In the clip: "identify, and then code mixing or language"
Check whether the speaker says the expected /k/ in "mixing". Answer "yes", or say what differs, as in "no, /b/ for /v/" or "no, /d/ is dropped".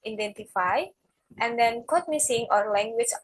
no, /k/ is dropped